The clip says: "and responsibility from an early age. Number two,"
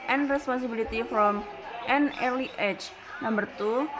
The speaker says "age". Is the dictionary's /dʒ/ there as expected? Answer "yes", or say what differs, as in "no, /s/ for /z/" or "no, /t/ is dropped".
no, /tʃ/ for /dʒ/